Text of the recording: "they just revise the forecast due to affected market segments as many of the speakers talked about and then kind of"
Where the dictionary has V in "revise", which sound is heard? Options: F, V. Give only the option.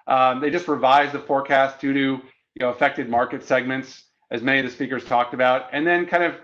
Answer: V